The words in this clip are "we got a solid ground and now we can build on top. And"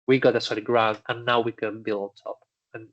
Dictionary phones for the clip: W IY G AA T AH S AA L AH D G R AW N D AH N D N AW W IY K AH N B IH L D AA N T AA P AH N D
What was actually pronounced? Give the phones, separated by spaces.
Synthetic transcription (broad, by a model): W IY G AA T AH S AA AH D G R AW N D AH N N AW W IY K AH N B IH L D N T AA P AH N